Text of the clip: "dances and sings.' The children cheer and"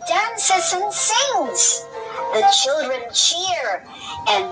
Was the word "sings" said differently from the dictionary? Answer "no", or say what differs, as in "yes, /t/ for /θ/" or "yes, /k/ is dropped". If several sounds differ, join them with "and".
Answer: no